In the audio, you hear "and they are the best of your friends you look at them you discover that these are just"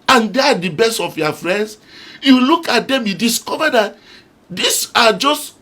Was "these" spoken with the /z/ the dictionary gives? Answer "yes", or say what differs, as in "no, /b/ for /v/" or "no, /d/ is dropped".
no, /s/ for /z/